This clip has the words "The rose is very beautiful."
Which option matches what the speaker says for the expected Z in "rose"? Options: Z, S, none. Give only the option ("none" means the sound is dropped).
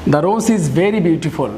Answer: S